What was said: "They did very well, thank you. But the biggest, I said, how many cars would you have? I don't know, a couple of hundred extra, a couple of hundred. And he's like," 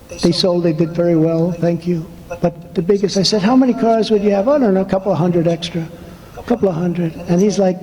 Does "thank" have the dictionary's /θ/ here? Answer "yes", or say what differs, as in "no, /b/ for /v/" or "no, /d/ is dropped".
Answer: yes